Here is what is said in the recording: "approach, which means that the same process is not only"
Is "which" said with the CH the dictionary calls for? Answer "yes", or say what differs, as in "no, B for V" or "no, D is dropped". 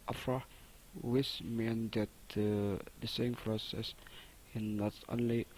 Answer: no, S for CH